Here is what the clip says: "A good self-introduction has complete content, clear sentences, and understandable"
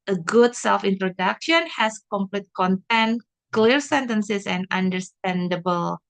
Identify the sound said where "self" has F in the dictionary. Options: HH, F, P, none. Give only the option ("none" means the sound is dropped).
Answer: F